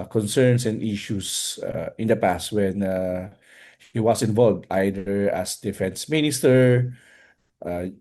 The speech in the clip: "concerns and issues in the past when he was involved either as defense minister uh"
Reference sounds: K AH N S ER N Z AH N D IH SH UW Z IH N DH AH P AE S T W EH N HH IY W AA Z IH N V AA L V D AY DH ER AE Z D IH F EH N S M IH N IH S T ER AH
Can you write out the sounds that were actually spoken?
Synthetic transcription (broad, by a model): K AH N S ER N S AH N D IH SH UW S IH N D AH P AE S T W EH N HH IY W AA S IH N V AA L V D AY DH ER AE S D IH F EH N S M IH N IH S T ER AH